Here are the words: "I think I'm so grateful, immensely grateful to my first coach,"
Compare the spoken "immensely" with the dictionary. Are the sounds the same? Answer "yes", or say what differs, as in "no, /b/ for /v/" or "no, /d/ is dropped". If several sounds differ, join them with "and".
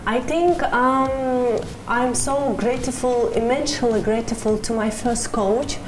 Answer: no, /ʃ/ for /s/